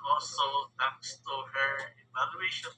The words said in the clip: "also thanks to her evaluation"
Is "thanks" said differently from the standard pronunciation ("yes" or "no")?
yes